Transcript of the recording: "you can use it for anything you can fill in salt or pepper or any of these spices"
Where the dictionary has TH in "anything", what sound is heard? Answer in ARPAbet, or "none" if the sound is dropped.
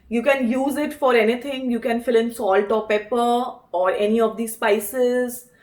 T